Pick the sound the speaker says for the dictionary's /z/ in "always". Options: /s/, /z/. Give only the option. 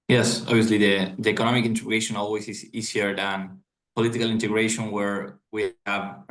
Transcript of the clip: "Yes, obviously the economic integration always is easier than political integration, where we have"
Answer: /s/